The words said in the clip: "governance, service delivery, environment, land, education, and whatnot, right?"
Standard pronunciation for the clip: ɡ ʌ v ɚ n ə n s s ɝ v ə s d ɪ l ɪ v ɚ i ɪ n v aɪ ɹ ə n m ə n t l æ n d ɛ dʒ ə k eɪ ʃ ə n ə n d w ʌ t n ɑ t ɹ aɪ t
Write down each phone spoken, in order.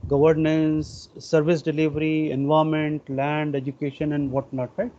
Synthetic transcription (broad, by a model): ɡ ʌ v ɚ n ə n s s ɝ v ə s d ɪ l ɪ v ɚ i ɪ n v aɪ ə m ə n t l æ n d ɛ dʒ ə k eɪ ʃ ə n ə n d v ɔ t n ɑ t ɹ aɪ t